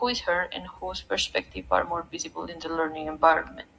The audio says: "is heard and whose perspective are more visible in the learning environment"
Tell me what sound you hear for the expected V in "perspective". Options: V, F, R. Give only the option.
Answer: F